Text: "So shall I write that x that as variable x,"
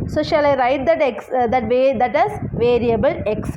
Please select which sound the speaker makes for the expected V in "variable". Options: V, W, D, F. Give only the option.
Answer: V